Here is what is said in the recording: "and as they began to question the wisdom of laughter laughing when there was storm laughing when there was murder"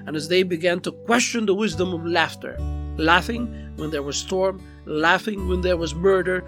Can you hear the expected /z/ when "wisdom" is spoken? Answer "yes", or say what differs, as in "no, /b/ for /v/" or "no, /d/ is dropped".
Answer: yes